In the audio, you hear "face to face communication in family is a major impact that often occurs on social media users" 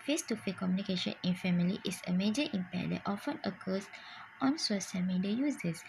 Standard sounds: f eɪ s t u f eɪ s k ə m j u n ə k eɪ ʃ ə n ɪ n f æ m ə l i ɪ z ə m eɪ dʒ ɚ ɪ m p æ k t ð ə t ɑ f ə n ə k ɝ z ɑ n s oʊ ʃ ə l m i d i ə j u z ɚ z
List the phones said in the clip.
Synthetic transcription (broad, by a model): f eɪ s t u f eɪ k ə m j u n ə k eɪ ʃ ə n ɪ n f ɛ m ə l i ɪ s ə m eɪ dʒ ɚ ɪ m p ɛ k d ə t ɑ f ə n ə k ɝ s ɑ n s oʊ s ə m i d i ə j u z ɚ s